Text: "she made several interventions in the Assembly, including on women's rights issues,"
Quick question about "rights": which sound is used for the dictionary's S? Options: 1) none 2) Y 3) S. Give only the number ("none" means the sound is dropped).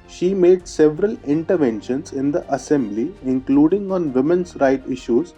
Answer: 1